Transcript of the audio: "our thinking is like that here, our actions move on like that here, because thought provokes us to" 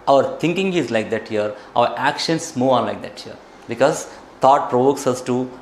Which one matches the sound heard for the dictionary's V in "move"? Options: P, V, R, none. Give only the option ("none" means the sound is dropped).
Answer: none